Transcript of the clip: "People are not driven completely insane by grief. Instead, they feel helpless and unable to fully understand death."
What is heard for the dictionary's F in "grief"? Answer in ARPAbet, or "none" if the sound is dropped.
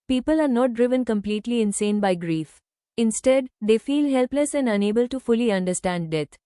F